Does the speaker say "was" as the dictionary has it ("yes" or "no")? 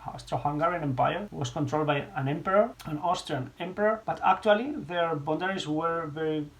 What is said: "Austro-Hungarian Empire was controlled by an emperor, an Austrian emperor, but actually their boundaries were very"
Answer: no